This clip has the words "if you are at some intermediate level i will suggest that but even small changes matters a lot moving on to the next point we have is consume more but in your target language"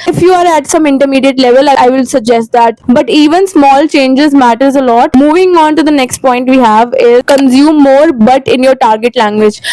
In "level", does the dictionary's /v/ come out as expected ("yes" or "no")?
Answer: yes